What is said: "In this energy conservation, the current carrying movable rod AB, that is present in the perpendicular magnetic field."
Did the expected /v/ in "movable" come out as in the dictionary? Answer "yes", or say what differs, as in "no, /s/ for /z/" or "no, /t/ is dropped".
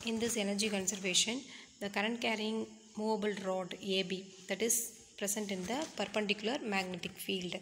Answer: yes